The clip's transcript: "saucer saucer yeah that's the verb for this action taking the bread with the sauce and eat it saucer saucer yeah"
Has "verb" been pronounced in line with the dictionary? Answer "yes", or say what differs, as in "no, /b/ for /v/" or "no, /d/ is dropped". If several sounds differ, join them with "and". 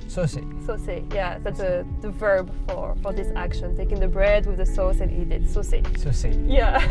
yes